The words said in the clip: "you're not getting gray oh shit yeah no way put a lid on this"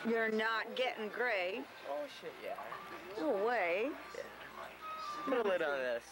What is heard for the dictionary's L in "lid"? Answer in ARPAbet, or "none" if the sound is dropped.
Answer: L